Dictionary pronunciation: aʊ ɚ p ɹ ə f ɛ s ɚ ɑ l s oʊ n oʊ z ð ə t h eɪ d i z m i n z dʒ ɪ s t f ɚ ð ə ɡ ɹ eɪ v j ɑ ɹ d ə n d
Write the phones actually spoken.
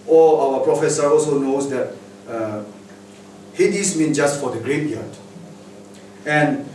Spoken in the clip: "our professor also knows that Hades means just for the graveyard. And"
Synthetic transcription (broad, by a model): aʊ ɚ p ɹ ə f ɛ s ɚ ɑ l s oʊ n oʊ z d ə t h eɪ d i s m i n dʒ ɪ s t f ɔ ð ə ɡ ɹ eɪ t j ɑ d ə n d